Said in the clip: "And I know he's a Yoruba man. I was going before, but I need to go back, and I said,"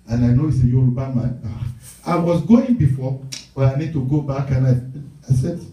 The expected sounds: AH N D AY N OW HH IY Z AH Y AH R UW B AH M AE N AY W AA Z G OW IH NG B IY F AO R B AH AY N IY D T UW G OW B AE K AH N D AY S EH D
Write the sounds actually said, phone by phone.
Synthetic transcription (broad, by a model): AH N AY N OW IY S AH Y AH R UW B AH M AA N AY W AA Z G OW IH NG B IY F AO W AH AY N IY D T UW G OW B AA K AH N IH AY S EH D